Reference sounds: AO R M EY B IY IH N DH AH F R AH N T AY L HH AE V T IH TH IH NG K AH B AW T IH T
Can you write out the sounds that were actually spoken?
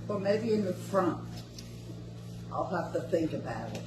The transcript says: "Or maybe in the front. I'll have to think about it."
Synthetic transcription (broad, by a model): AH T M EY B IY IH N DH AH F R AH N T AY L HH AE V T IH TH IH NG K AH B AW T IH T